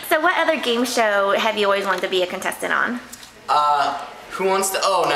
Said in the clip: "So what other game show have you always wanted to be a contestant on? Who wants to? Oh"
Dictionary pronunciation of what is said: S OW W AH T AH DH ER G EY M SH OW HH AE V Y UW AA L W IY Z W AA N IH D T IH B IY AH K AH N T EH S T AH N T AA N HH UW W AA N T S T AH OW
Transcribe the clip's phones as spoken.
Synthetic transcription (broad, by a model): S OW W AH T AH DH ER G EY M SH OW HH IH V Y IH AA L W IY Z W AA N T IH B IY AH K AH N T EH S T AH T N HH UW W AA N T S T AH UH